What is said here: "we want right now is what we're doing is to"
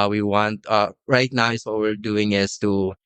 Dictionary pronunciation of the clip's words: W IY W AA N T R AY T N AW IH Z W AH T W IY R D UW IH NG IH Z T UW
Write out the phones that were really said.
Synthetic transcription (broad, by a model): W IY W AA N T R AY T N AW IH S W AH T W IY R D UW IH NG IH S T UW